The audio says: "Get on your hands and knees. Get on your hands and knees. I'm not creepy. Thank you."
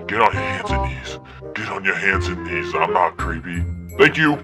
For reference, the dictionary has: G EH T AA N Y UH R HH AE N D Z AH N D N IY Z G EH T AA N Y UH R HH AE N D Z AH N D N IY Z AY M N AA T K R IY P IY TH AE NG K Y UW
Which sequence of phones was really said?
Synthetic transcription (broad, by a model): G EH T N Y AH R HH AE N D Z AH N N IY Z G EH T N Y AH R HH AE N D Z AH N N IY Z AY M N AA T K R IY P IY TH AE NG K Y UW